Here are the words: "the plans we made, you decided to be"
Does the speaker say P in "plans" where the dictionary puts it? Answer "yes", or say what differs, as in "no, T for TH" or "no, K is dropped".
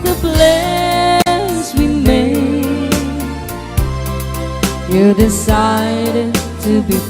no, B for P